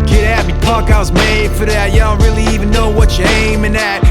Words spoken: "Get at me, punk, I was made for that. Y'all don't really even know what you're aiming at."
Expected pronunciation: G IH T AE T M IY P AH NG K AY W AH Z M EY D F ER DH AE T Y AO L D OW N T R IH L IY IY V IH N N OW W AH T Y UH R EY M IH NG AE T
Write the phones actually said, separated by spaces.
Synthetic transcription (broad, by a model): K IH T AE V M IY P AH K AY W AH Z M EY D F ER DH AE T Y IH D OW N T R IH L IY IY V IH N N OW W AH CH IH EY M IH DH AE T